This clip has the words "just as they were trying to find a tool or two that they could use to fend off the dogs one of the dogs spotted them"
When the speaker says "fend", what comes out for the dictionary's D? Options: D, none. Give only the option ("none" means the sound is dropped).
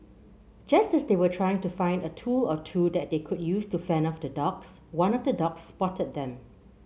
none